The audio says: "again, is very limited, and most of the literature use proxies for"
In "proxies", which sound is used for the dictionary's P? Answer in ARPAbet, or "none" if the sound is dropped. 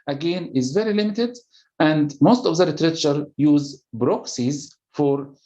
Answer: B